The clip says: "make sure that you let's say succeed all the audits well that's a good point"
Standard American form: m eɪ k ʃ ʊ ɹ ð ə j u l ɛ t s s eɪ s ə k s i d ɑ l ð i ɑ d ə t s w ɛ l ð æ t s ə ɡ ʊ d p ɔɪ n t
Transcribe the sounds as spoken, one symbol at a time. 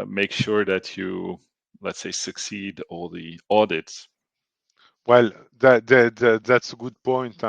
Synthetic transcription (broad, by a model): m eɪ k ʃ ʊ ɹ ð ə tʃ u l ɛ t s s eɪ s ə k s i d ɑ l ð i ɑ d ə t s w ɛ l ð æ t s ə ɡ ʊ d p ɔɪ n t